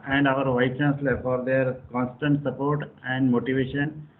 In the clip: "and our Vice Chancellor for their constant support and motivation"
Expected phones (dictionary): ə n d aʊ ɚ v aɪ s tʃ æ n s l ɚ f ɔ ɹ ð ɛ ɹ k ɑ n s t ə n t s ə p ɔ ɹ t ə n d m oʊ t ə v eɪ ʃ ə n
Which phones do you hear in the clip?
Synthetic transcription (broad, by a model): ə n d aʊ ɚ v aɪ tʃ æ n s l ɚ f ɔ ɹ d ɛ ɹ k ɑ n s t ə n t s ə p ɔ ɹ t ə n d m oʊ t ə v eɪ ʃ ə n